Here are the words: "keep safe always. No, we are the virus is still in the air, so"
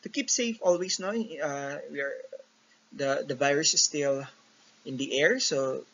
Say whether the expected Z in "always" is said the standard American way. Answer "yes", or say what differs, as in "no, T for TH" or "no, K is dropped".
no, S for Z